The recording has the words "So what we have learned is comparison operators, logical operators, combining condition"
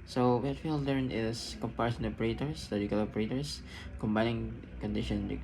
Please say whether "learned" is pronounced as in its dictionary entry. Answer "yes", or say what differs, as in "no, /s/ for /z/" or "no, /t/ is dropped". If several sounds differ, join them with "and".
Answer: no, /d/ is dropped